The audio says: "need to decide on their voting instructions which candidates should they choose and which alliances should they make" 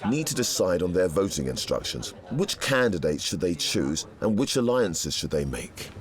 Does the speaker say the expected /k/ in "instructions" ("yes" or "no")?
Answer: yes